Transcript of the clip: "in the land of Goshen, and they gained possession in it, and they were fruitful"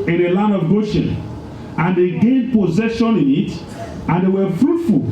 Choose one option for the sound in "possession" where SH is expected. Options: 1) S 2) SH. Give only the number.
2